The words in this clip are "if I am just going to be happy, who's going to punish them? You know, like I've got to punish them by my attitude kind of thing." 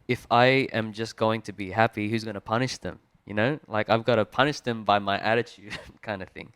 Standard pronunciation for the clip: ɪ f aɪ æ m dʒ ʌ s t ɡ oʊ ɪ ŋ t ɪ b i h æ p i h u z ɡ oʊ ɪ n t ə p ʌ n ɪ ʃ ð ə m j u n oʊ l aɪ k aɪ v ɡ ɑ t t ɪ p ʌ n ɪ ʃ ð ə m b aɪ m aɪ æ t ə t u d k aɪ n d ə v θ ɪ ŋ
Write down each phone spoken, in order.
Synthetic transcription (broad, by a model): ɪ f aɪ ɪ m dʒ ʌ s ɡ oʊ ɪ ŋ t ɪ b i h æ p i h u z ɡ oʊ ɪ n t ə p ʌ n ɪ ʃ ð ə m j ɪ n oʊ l aɪ k aɪ v ɡ ɑ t t ɪ p ʌ n ɪ ʃ ð ə m b aɪ m aɪ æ t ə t u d k aɪ n d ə θ ɪ ŋ